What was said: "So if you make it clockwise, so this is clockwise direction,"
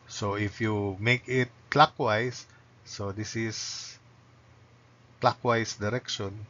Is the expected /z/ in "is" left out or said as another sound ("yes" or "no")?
yes